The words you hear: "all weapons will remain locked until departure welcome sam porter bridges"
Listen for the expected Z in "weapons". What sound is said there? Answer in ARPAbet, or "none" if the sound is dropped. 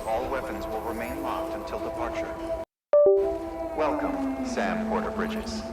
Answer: Z